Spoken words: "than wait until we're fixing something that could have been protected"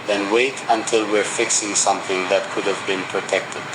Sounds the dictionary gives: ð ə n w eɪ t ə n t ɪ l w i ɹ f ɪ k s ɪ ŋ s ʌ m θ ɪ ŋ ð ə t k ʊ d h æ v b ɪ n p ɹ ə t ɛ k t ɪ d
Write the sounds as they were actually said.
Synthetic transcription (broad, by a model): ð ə n w eɪ t ə n t ɪ l w i ɹ f ɪ k s ɪ ŋ s ʌ m θ ɪ ŋ ð ə t k ʊ d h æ v b ɪ n p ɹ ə t ɛ k t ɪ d